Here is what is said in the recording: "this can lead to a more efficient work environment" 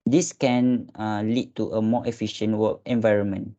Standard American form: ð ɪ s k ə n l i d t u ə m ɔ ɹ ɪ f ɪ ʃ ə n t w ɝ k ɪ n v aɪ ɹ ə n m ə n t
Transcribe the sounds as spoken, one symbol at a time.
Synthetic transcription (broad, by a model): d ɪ s k ə n l i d t u ə m ɔ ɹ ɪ f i ʃ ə n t w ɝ ɪ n v aɪ ɹ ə n m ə n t